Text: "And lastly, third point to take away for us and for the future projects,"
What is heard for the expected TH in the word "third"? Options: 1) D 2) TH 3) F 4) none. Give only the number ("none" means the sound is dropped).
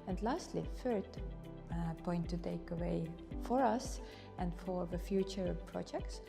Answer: 3